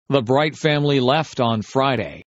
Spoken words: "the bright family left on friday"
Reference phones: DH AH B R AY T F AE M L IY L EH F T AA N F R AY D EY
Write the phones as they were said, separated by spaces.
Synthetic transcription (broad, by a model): DH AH B R AY T F AE M L IY L EH F T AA N F R AY D EY